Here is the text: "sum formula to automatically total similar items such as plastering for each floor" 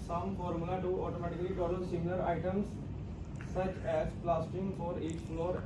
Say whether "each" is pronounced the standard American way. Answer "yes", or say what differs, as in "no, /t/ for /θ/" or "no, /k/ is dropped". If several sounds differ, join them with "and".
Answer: no, /s/ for /tʃ/